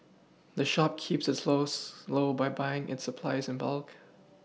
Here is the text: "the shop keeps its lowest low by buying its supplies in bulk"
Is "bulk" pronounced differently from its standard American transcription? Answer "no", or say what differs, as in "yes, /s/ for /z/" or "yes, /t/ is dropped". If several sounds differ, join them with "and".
no